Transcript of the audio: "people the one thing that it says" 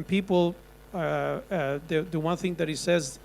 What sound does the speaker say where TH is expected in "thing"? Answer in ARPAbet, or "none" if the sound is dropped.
TH